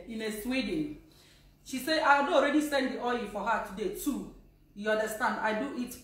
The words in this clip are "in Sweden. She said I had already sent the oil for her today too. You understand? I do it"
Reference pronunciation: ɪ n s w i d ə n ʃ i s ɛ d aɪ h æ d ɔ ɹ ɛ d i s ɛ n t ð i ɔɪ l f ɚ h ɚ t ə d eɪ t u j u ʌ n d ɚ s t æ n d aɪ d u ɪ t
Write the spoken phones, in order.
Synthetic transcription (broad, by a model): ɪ n s w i d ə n ʃ i s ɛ aɪ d ɔ ɹ ɛ d i s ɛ n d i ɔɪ f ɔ h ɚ t ə d eɪ t u j u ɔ n d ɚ s t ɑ n d aɪ d u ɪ t